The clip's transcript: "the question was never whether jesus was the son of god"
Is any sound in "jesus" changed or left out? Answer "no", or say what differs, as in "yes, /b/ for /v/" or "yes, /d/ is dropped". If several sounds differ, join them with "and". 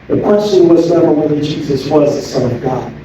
no